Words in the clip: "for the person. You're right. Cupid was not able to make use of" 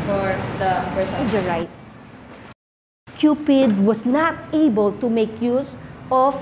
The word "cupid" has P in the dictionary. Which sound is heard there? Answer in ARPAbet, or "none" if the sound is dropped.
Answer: P